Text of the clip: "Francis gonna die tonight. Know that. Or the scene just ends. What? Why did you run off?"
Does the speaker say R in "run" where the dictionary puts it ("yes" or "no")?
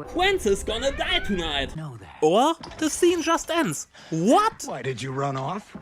yes